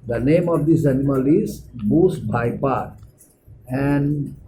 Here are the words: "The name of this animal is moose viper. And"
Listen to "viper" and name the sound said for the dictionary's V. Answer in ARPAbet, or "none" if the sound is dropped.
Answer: B